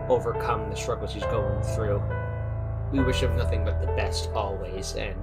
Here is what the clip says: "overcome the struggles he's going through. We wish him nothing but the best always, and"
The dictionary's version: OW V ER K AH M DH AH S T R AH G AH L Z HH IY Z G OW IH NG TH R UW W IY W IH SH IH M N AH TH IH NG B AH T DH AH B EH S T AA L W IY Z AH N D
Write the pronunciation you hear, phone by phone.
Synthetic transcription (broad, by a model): OW V ER K AH M DH AH S T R AH G L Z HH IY Z G OW IH NG TH R UW W IY W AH SH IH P N AH TH IH NG B AH T DH AH B EH S T AA L W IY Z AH N